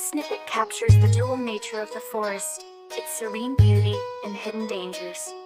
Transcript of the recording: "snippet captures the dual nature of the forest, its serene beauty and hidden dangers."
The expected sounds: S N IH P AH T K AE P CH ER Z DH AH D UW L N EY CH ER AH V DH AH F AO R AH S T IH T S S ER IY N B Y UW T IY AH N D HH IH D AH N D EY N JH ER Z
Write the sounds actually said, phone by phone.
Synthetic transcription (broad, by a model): S N IH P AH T K AE P CH ER Z DH AH D UW L N EY CH ER AH V DH AH F AO R AH S T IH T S S ER IY N B Y UW T IY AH N HH IH D N D EY N JH ER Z